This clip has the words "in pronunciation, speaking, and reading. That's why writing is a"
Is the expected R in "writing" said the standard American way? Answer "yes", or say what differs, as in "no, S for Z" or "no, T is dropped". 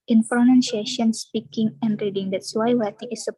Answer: no, W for R